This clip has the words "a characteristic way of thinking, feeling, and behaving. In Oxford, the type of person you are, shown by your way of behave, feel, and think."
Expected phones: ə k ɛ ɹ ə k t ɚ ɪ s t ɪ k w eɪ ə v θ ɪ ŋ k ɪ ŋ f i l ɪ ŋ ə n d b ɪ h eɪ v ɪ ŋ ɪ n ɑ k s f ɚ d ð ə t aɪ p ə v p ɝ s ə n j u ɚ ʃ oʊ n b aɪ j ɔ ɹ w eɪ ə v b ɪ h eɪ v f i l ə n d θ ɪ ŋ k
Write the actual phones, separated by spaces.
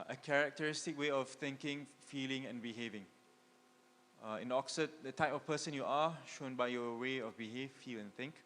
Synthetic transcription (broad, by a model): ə k ɛ ɹ ə k t ɚ ɪ s t ɪ k w eɪ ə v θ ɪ ŋ k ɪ ŋ f i l ɪ ŋ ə n b ɪ h eɪ v ɪ ŋ ɪ n ɑ k s ɚ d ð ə t aɪ p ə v p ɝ s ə n j u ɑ ʃ oʊ n b aɪ j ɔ w eɪ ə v b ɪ h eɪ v f i l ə n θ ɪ ŋ k